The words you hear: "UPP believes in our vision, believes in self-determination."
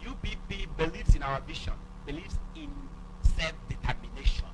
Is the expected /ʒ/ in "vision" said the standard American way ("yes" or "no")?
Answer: no